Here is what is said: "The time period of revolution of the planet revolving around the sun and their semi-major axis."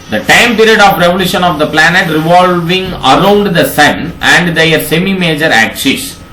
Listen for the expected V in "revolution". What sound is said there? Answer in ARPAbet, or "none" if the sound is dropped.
V